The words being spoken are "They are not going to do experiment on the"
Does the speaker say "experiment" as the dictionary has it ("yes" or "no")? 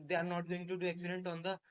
no